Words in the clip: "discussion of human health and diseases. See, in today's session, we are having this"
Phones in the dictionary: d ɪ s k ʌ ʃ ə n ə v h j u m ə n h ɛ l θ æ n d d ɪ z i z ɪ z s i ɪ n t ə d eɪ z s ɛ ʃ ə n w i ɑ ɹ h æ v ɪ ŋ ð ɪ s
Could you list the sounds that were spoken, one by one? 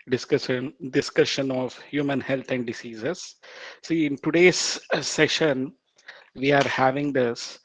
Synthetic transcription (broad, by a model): d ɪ s k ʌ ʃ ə n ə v h j u m ə n h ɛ l t æ n d d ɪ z i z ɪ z s i ɪ n t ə d eɪ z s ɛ ʃ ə n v i ɑ ɹ h æ v ɪ ŋ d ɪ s